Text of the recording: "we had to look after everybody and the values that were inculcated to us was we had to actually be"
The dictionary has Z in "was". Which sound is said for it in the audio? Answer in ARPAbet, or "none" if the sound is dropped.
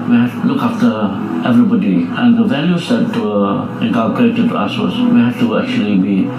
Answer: S